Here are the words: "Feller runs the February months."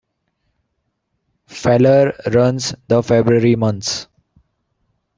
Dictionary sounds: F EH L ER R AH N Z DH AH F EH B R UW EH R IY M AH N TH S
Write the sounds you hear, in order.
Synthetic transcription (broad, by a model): F EH L ER R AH N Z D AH F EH B R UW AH R IY M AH N T S